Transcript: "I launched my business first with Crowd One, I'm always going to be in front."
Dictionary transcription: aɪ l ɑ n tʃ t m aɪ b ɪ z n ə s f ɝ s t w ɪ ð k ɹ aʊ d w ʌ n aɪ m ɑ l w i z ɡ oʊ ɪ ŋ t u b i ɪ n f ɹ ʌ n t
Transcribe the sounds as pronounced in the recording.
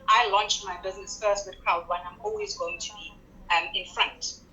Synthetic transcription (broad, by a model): aɪ l ɑ n tʃ t m aɪ b ɪ z n ə s f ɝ s t w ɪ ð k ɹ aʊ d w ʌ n aɪ m ɑ l w i z ɡ oʊ ɪ ŋ t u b i ɪ n f ɹ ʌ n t